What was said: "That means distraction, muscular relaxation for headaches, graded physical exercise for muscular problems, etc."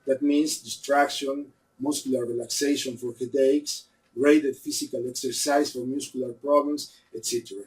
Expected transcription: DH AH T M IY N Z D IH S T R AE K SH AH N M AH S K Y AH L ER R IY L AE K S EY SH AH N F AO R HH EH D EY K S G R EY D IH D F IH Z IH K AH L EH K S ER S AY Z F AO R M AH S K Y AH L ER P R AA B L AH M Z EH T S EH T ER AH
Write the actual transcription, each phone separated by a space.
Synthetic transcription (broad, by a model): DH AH T M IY N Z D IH S T R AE K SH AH N M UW S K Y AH L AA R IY L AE K S EY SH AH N F AO R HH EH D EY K S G R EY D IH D F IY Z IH K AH L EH K S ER S AY S F AO R M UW S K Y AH L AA P R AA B L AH M S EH T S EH T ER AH